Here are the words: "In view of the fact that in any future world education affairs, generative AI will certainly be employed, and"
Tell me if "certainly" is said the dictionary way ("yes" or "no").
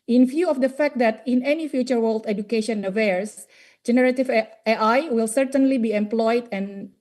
yes